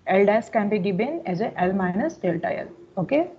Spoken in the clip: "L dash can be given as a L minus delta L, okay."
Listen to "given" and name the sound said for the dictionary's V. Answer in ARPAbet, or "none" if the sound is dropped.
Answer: B